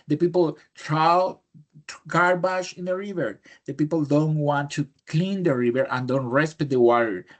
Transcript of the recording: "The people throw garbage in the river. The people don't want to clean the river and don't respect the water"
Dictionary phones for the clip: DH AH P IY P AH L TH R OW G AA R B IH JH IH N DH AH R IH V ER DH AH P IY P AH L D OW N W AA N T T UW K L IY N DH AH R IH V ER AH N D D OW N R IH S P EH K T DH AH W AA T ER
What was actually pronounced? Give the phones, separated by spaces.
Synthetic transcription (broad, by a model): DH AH P IY P AH L T R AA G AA R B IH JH IH N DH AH R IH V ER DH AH P IY P AH L D OW N W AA N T T UW K L IY N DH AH R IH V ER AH N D D OW N R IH S P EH T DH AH W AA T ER